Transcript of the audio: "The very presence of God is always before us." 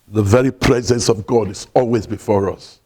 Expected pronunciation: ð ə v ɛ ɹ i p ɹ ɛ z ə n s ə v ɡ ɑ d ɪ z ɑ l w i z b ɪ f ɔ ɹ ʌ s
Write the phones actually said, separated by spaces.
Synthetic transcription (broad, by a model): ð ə v ɛ ɹ i p ɹ ɛ z ə n s ə v ɡ ɑ d ɪ z ɑ l w i z b ɪ f ɔ ɹ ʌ s